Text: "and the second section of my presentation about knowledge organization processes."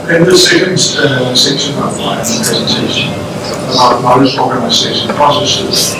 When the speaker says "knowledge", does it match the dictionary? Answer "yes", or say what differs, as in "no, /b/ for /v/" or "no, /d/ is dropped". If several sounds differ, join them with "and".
no, /l/ is dropped and /z/ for /dʒ/